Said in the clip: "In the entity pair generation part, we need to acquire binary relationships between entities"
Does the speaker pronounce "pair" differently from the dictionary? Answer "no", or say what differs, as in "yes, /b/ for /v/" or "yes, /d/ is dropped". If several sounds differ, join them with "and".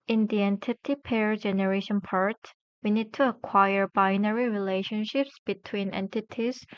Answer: no